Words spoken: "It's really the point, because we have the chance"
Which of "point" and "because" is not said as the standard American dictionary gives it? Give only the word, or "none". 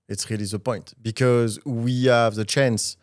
none